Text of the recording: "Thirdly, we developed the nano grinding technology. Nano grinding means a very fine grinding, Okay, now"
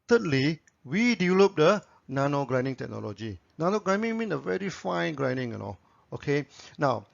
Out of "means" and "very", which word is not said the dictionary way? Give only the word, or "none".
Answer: means